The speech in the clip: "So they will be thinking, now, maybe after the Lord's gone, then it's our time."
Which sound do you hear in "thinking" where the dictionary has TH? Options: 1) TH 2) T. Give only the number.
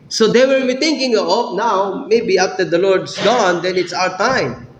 2